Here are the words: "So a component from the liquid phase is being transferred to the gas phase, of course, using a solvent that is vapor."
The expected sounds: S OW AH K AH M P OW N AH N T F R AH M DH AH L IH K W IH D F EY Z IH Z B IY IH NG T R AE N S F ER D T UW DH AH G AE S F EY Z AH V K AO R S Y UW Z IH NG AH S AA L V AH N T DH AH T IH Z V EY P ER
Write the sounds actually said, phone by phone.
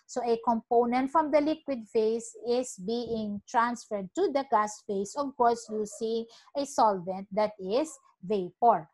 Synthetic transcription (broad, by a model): S OW AH K AH M P OW N AH N T F R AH M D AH L IH K W IH D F EY S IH S B IY IH NG T R AE N S F ER D T UW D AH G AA S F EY S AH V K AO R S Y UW S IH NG AH S AA L V AH N T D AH T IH S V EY P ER